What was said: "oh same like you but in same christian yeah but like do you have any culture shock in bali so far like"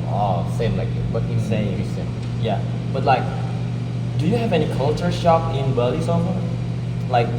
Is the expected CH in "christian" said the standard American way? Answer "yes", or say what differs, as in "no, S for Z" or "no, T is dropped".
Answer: no, CH is dropped